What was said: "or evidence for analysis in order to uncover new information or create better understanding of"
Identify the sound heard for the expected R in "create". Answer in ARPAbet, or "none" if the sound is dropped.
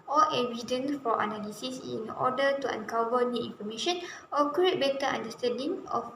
none